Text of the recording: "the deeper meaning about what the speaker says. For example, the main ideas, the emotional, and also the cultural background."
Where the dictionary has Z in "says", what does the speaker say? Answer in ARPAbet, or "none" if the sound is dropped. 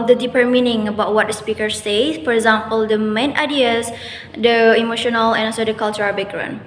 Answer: none